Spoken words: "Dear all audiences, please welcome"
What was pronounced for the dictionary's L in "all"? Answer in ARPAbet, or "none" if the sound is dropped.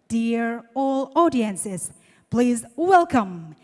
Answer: L